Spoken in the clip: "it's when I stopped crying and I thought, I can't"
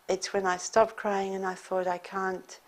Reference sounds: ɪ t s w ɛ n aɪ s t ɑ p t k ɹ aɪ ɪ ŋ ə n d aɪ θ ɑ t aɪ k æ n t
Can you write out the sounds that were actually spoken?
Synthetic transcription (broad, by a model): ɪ t s w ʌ n aɪ s t ɑ p k ɹ aɪ ɪ ŋ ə n aɪ θ ɑ t aɪ k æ n t